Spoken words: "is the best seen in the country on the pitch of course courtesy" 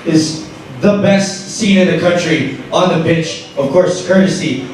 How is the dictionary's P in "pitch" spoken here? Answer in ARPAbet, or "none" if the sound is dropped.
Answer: B